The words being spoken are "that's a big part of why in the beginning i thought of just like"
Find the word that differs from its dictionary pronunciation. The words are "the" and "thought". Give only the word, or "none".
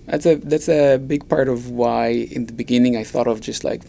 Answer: none